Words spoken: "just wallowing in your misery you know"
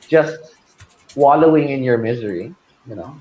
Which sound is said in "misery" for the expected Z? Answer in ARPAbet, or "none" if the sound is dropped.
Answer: Z